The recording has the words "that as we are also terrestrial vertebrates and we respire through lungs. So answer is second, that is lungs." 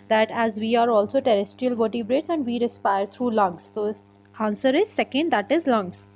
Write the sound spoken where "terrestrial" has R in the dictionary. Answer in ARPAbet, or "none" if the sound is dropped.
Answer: R